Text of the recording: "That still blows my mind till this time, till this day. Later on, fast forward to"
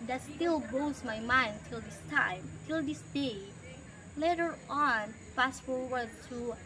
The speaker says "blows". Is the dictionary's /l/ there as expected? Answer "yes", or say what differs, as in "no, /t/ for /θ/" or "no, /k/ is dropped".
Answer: no, /l/ is dropped